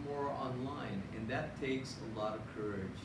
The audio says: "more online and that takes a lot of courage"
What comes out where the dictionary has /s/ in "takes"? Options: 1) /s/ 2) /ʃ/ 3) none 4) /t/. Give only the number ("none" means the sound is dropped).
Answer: 1